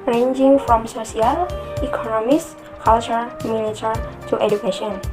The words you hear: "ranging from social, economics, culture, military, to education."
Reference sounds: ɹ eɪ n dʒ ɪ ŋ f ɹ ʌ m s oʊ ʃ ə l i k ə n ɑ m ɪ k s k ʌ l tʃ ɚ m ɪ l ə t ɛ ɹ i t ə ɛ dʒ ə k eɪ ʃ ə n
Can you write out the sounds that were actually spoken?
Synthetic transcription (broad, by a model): ɹ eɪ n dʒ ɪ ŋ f ɹ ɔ m s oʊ s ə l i k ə n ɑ m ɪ s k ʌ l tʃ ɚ m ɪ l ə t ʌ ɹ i t ə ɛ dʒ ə k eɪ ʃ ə n